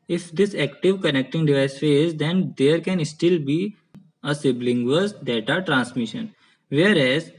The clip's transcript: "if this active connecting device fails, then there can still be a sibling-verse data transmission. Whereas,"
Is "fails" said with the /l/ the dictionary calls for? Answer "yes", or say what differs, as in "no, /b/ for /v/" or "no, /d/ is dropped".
no, /l/ is dropped